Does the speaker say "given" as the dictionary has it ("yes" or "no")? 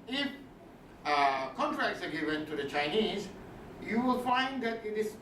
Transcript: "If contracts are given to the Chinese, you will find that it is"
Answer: no